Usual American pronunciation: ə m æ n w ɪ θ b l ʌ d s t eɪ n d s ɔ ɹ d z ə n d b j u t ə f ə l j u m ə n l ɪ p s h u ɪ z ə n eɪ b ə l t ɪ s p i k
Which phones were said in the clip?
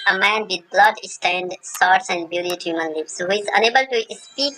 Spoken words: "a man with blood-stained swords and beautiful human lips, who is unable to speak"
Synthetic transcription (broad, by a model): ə m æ n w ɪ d b l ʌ d s t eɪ n d s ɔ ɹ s ə n d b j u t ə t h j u m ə n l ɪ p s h ɪ z ə n eɪ b ə l t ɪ s p i k